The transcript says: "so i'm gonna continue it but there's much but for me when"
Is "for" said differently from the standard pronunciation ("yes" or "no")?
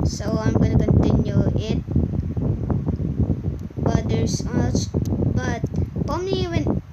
yes